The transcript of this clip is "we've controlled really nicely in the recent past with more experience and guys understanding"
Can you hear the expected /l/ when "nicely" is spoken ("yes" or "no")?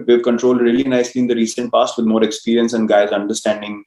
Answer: yes